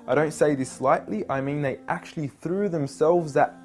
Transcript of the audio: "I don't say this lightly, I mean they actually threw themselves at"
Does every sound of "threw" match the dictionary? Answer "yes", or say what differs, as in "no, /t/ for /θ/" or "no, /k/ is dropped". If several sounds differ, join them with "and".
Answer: yes